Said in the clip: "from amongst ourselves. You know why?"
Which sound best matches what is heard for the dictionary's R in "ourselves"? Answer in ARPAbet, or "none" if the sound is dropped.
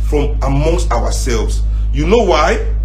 W